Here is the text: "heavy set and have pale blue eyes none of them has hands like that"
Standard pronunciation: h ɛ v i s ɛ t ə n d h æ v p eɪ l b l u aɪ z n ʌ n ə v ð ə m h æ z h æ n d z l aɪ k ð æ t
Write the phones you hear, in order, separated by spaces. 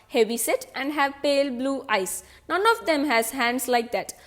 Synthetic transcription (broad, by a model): h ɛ v i s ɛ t ə n d h æ v p eɪ l b l u aɪ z n ʌ n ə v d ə m h æ z h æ n d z l aɪ k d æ t